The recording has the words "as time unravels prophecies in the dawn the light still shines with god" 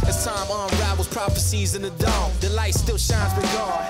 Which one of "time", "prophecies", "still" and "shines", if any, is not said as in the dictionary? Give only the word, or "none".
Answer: none